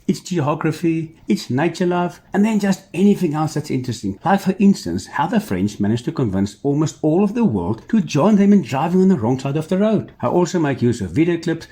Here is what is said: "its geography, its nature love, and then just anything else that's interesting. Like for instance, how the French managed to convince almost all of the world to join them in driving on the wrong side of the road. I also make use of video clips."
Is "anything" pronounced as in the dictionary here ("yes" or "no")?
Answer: yes